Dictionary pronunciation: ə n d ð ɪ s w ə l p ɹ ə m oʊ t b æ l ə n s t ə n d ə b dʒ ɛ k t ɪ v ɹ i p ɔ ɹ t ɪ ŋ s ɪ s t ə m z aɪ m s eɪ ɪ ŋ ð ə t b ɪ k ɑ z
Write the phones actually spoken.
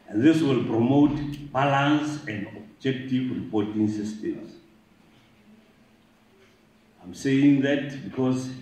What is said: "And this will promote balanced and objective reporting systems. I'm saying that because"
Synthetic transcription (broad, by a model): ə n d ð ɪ s w ə l p ɹ ə m oʊ t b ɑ l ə n s ə n d ə b dʒ ɛ k t ɪ v ɹ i p ɔ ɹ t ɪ ŋ s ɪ s t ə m s aɪ m s eɪ ɪ ŋ ð ə t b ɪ k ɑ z